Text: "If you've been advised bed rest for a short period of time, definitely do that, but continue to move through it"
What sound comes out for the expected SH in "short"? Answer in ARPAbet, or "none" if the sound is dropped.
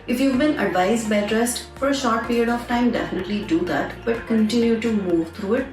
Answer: SH